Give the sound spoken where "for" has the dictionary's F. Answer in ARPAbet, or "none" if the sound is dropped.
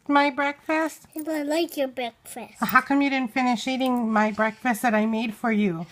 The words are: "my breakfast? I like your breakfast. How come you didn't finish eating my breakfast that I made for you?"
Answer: F